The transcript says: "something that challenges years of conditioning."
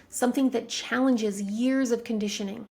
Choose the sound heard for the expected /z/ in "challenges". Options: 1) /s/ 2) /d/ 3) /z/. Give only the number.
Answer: 3